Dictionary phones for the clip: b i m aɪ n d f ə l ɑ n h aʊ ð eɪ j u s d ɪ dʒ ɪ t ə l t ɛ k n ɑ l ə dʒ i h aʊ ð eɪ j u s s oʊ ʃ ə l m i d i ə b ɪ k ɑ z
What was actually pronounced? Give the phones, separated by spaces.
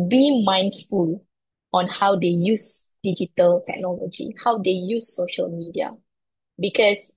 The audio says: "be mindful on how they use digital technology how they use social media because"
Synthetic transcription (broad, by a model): b i m aɪ n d f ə l ɑ n h aʊ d eɪ j u s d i dʒ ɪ t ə l t ɛ k n ɑ l ə dʒ i h aʊ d eɪ j u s s oʊ ʃ ə l m i d i ə b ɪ k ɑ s